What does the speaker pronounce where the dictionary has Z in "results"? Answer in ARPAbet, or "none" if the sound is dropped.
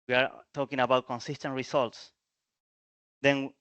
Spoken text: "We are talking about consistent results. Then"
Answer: S